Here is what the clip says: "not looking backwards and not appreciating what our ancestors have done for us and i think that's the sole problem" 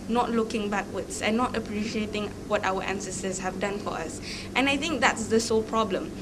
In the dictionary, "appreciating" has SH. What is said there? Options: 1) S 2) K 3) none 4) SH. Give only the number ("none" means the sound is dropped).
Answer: 4